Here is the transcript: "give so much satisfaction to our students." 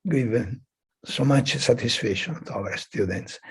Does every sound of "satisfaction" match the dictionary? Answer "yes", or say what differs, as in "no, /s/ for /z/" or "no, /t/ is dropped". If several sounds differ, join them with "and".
no, /k/ is dropped